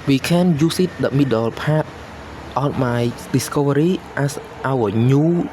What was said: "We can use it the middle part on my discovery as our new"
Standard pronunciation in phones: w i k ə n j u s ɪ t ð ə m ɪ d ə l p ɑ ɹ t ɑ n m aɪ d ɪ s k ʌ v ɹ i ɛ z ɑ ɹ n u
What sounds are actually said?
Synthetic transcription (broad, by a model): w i k ə n j u s ɪ t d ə m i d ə l p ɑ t t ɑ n m aɪ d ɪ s k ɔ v ɹ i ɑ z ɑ w n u